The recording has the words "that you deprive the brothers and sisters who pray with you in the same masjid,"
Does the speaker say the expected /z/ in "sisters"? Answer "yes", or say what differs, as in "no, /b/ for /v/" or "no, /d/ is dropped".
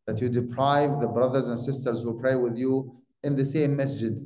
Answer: yes